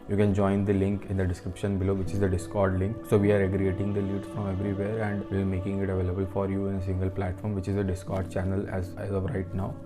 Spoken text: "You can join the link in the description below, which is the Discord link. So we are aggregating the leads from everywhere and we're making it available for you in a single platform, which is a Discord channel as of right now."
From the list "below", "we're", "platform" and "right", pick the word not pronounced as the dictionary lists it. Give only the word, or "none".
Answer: we're